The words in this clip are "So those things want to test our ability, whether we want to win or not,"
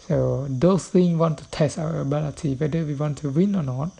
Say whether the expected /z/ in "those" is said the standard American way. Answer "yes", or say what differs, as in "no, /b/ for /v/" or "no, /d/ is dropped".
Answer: no, /s/ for /z/